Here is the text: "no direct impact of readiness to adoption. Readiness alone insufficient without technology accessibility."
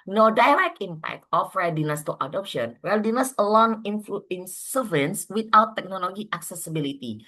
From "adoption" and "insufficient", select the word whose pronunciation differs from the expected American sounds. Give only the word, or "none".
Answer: insufficient